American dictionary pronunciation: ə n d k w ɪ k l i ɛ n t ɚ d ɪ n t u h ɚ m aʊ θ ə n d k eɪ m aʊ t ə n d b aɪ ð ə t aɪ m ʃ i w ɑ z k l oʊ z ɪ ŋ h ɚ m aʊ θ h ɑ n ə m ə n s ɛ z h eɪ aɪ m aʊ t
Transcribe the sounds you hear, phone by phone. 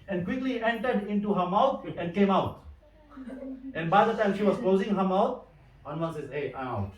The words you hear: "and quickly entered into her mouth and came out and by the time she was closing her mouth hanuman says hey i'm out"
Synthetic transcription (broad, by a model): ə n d k w ɪ k l i ɛ n t ɚ d ɪ n t u h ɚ m aʊ t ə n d k eɪ m aʊ t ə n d b aɪ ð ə t aɪ m ʃ i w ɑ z k l oʊ z ɪ ŋ h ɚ m aʊ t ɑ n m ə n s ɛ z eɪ aɪ m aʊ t